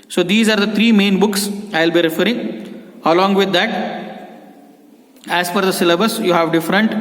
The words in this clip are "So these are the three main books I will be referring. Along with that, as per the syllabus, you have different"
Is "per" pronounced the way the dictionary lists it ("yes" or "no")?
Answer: no